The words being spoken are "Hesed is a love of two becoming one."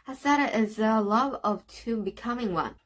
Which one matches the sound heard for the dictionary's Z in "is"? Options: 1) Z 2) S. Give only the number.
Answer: 1